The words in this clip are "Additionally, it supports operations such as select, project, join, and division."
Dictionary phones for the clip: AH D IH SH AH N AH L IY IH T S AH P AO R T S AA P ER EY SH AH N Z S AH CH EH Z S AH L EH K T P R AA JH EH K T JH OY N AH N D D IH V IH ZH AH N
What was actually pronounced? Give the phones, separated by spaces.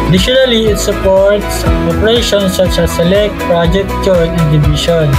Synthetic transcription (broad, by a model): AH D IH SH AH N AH L IY IH T S AH P AO R T S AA P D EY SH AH N S AH CH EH S AH L EH K T P R AA JH EH K T CH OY AH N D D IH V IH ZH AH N